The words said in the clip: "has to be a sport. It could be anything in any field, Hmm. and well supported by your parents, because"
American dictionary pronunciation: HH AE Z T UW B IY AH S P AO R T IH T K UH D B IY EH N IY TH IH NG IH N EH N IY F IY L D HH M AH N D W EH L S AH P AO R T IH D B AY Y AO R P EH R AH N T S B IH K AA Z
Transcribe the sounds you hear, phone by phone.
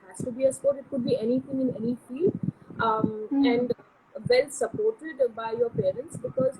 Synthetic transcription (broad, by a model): HH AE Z T UW B IY AH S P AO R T IH T K UH D B IY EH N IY T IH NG IH N EH N IY F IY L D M AH N D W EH L S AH P AO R T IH D B AY Y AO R P EH R AH N T S B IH K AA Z